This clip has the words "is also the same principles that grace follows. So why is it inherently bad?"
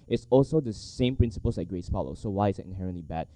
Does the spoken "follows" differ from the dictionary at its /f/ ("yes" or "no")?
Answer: yes